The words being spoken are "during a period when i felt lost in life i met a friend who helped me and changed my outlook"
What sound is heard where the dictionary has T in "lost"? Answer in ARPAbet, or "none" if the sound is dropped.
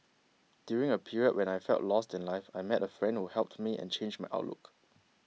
T